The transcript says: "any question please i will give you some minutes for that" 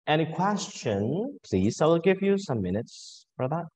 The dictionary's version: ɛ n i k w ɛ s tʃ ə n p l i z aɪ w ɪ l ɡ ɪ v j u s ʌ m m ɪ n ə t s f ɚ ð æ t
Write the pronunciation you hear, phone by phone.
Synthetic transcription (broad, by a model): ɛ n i k w ɛ s tʃ ə n p l i z aɪ w ɪ l ɡ ɪ v j u s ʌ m m ɪ n ə t s f ɚ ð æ t